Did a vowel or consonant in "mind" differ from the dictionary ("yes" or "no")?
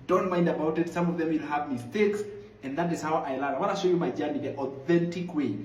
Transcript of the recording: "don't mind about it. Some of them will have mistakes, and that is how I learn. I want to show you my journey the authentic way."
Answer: no